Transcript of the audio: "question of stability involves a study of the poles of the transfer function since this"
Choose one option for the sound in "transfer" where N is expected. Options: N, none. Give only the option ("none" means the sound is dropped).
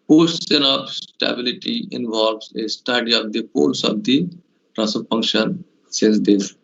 none